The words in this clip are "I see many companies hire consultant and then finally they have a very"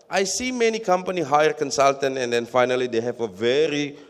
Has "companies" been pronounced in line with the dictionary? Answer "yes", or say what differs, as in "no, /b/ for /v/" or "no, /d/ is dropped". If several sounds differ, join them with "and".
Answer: no, /z/ is dropped